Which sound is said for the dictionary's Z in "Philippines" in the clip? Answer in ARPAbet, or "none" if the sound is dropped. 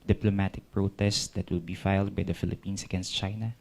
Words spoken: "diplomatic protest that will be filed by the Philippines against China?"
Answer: S